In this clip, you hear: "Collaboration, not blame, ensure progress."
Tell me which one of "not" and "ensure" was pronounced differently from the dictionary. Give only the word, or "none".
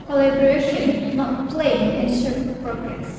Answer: ensure